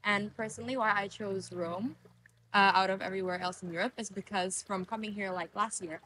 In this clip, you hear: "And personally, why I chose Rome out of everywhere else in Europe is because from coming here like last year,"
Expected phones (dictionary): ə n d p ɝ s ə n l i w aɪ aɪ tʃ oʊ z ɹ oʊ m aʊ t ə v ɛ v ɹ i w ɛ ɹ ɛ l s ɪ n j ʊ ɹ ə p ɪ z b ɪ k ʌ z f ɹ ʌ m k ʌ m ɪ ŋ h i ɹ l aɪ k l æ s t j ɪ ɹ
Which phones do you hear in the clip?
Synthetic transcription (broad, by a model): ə n p ɝ s ə n l i w aɪ aɪ tʃ oʊ z ɹ oʊ m aʊ t ə v ɛ v ɹ i w ɛ ɹ ɛ l s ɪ n j ʊ ɹ ə p ɪ z b ɪ k ʌ z f ɹ ʌ m k ʌ m ɪ ŋ h i ɹ l aɪ k l æ s t j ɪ ɹ